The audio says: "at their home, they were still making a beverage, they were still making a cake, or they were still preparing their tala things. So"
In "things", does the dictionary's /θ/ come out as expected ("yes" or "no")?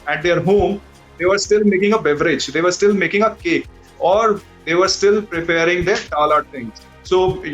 no